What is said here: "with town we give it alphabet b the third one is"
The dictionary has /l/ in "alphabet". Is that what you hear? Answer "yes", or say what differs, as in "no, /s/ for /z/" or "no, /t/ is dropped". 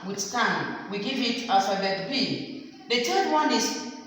no, /l/ is dropped